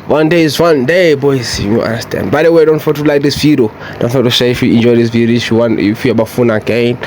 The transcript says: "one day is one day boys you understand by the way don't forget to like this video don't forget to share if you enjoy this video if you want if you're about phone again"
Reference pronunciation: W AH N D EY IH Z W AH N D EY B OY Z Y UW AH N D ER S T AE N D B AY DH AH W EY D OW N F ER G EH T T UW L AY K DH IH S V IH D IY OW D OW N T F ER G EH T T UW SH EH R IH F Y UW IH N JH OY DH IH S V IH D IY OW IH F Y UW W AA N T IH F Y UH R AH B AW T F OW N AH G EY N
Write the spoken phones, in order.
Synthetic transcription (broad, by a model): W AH N D EY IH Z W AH N D EY B OY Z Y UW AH N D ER S T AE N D B AY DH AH W EY D OW N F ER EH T T UW L AY K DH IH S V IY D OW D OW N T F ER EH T T UW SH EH IH F Y UW IH N JH OY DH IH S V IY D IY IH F Y UW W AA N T IH F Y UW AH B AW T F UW N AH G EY N